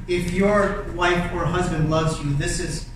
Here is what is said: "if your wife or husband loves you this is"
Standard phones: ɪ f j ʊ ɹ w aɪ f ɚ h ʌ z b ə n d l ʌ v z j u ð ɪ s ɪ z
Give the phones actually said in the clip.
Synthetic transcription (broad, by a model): ɪ f j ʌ ɹ w aɪ f ɚ h ʌ z b ə n d l ʌ v z j u ð ɪ s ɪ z